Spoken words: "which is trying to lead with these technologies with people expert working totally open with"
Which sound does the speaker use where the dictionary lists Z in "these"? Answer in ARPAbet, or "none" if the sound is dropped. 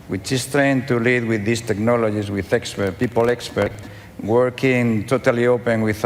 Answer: S